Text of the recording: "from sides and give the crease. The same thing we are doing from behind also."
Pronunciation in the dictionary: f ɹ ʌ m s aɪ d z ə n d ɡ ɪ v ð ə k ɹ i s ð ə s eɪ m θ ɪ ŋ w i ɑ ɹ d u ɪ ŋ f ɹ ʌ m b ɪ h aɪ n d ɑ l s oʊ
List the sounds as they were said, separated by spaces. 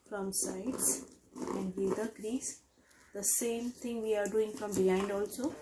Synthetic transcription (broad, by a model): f ɹ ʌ m s aɪ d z ə n d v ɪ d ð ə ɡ ɹ i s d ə s eɪ m t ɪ ŋ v i ɑ ɹ d u ɪ ŋ f ɹ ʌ m b ɪ h aɪ n d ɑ l s oʊ